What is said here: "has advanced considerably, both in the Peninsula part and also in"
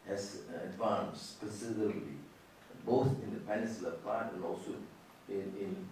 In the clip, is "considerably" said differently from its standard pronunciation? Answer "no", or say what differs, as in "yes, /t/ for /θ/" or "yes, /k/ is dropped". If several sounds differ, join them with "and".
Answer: yes, /b/ is dropped